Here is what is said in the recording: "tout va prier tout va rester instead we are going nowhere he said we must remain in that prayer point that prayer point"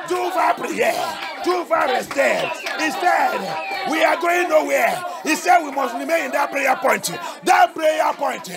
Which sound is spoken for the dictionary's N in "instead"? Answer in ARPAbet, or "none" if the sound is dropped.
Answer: none